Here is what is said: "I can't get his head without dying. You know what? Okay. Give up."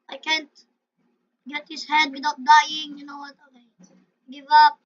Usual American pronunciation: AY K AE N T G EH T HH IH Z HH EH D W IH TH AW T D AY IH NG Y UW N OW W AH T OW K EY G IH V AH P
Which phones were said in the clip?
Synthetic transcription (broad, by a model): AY K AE N T G EH T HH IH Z HH EH D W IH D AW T D AY IH NG Y UW N OW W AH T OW IH G IH V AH P